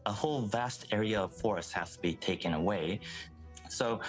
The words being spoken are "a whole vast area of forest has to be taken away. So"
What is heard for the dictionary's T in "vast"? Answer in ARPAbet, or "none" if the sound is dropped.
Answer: T